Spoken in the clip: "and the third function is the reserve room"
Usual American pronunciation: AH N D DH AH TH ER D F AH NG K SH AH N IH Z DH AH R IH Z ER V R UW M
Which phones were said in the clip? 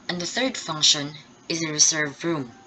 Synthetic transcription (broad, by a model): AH N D DH AH TH ER D F AH NG K SH AH N IH Z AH R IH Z ER V R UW M